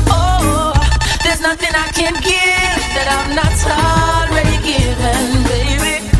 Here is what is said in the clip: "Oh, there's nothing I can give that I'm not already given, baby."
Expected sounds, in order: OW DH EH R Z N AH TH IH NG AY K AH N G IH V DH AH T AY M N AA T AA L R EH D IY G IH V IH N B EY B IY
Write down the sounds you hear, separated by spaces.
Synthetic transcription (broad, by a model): OW DH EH R Z N AH TH IH NG AY K AH N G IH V DH AH T AY M N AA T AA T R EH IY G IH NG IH N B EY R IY